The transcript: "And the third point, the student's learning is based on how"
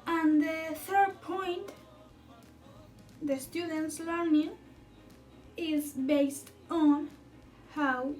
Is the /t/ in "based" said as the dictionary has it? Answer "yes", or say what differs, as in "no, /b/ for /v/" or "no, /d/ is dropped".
yes